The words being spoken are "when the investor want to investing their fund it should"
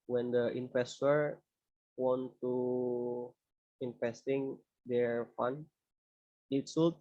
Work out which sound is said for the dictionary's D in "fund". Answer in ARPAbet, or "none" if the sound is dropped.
none